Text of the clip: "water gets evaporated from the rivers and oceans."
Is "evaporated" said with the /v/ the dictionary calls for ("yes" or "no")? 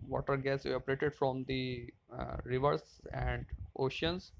no